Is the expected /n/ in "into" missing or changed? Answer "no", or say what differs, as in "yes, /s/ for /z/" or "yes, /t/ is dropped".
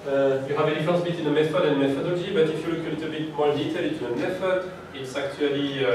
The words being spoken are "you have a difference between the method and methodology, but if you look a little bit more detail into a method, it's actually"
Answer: yes, /n/ is dropped